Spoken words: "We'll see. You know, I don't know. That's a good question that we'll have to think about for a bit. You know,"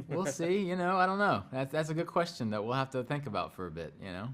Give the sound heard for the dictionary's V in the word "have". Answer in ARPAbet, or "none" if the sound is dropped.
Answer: F